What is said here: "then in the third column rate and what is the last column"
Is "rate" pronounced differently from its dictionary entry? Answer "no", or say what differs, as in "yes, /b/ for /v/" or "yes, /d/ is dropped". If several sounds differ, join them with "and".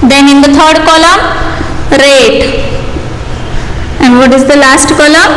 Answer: no